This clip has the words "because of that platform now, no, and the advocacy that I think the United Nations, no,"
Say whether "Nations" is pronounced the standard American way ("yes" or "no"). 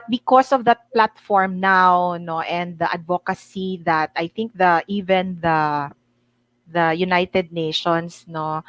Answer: no